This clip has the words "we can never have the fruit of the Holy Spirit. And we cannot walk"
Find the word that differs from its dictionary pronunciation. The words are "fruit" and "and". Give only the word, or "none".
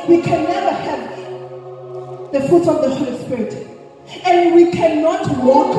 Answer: fruit